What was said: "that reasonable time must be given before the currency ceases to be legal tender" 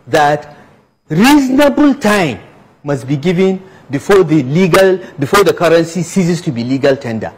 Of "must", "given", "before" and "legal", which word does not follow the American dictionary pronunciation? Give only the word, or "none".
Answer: before